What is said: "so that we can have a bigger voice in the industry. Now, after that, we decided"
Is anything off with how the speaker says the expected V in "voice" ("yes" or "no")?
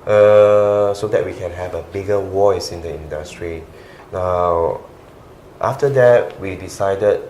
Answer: yes